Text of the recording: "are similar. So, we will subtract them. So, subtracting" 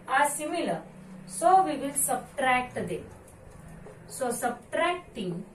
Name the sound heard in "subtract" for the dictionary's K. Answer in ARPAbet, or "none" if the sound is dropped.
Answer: K